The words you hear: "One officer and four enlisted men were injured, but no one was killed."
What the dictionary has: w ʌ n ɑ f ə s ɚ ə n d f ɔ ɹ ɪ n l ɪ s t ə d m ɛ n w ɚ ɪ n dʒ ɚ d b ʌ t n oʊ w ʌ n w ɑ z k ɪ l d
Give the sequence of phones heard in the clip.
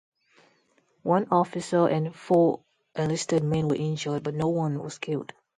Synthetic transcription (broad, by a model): w ʌ n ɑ f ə s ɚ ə n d f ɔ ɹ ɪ l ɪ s t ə d m ɛ n w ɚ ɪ n dʒ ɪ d b ʌ t n oʊ w ʌ n w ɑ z k ɪ l d